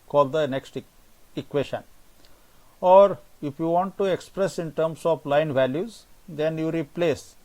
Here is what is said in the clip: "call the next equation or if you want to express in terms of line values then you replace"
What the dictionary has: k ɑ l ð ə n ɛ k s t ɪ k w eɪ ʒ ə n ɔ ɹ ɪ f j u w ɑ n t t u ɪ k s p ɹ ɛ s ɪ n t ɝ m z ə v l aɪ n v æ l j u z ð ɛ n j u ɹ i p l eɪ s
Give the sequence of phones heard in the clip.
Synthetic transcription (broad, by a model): k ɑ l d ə n ɛ k s t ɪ k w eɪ ʃ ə n ɔ ɹ ɪ f j u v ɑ n t t u ɪ k s p ɹ ɛ s ɪ n t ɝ m s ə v l aɪ n v æ l j u z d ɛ n j u ɹ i p l eɪ s